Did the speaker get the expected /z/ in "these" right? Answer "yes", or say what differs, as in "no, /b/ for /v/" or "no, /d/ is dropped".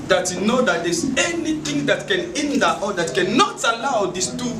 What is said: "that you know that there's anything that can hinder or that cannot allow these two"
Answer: no, /s/ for /z/